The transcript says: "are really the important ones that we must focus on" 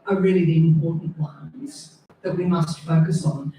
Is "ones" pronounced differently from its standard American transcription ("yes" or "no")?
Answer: yes